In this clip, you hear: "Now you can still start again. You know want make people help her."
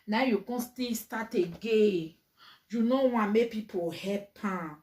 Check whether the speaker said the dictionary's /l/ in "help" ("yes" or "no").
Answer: no